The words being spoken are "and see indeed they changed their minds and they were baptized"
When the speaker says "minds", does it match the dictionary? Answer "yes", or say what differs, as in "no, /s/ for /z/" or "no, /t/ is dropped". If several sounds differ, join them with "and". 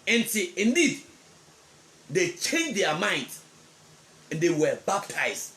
no, /z/ is dropped